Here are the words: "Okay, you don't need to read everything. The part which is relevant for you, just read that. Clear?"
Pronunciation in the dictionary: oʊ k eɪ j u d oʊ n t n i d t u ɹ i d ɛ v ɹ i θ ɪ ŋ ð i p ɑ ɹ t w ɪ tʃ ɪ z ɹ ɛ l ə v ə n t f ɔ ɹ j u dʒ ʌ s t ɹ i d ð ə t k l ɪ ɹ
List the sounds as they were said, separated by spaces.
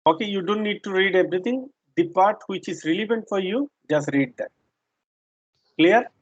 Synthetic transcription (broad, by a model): oʊ k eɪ j u d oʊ n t n i d t u ɹ i d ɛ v ɹ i t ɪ ŋ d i p ɑ ɹ t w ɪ tʃ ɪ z ɹ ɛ l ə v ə n t f ɔ ɹ j u dʒ ʌ s t ɹ i d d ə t k l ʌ ɹ